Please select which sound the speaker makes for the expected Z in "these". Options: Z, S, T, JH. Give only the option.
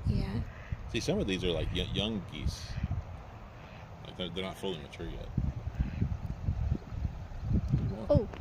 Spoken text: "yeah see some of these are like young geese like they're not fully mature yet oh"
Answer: Z